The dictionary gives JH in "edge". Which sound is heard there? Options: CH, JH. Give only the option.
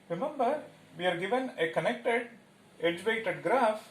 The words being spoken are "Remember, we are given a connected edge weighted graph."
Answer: JH